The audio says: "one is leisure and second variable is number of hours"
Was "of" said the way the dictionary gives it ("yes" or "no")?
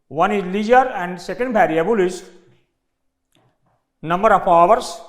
no